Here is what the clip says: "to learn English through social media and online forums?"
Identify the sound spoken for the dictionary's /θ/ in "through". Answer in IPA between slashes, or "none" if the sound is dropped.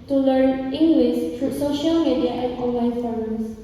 /t/